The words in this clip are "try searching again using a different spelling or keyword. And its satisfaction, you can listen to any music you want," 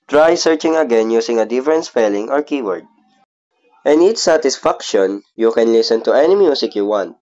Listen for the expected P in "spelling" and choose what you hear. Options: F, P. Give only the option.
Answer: F